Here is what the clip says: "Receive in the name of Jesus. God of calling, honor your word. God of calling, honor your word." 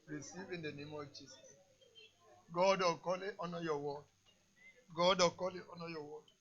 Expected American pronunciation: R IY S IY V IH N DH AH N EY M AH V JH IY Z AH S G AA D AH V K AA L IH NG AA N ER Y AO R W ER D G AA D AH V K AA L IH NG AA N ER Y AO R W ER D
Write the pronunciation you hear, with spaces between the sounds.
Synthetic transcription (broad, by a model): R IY S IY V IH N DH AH N EY M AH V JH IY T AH G AA D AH K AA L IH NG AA N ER Y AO W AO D G AA D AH K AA L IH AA N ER Y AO W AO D